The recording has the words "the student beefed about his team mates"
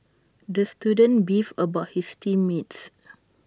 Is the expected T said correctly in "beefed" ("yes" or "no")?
no